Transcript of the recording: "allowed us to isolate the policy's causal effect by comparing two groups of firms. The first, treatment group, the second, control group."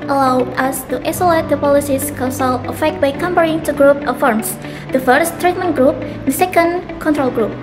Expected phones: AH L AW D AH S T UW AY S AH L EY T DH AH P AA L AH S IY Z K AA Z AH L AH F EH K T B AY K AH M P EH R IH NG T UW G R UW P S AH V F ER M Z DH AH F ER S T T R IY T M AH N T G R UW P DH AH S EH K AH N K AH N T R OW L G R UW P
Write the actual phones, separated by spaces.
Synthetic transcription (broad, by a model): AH L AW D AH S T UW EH S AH L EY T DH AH P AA L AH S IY S K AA S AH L AH F EH K T B AY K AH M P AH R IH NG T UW G R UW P AH F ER M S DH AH F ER S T T R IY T M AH N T G R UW P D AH S EH K AH N K AH N T R OW L G R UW P